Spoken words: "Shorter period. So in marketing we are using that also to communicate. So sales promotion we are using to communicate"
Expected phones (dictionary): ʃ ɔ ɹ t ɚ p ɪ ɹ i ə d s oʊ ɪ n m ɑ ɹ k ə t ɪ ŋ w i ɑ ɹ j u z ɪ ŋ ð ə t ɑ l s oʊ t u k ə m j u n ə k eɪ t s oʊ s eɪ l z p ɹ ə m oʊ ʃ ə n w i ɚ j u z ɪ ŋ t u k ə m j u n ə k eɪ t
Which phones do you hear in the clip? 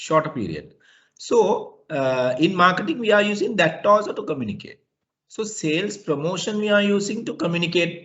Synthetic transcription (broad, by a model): ʃ ɔ ɹ t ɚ p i ɹ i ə d s oʊ ɪ n m ɑ ɹ k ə t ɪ ŋ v i ɑ ɹ j u z ɪ ŋ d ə t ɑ s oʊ t u k ə m j u n ə k eɪ t s oʊ s eɪ l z p ɹ ə m oʊ ʃ ə n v i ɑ j u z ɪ ŋ t u k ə m j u n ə k eɪ t